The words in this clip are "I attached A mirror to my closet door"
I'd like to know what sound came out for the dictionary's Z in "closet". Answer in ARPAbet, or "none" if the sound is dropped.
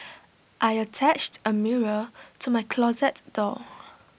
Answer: Z